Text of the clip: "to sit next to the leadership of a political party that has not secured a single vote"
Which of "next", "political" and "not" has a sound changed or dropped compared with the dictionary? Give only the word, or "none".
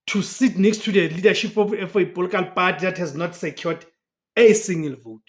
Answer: political